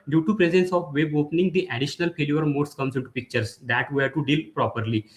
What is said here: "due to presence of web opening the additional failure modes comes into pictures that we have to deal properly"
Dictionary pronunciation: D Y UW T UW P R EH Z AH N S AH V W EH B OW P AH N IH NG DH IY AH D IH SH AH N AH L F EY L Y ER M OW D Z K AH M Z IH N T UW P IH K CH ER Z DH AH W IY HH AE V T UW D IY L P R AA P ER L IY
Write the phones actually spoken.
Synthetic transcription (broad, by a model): D Y UW T UW P R EH Z AH N S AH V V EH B OW P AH N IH NG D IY AH D IH SH AH N AH L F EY L Y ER M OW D S K AH M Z IH N T UW P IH K CH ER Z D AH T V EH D T UW D IY L P R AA P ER L IY